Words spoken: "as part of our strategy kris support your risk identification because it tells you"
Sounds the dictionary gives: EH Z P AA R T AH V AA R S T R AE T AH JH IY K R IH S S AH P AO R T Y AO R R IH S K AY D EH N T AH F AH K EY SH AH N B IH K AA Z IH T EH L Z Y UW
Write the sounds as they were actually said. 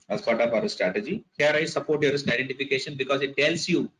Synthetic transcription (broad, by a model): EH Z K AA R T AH P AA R S T R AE T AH JH IY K R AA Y S AH P AO R T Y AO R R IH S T AY D EH N T AH F AH K EY SH AH N B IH K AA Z IH T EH L S Y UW